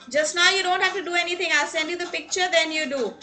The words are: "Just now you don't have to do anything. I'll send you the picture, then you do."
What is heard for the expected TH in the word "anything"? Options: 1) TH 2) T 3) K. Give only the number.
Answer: 2